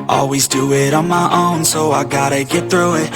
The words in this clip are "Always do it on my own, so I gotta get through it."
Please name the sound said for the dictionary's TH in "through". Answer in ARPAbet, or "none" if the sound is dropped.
TH